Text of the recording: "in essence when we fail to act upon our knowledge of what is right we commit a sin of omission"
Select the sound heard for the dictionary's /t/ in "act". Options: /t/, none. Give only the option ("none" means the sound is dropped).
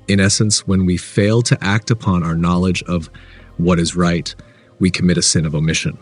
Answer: /t/